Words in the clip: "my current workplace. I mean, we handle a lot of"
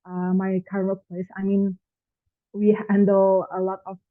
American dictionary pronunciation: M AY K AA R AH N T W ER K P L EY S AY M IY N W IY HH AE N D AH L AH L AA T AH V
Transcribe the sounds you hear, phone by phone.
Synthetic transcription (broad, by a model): M AY K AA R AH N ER P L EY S AY M IY N W IY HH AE N D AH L AH L AA T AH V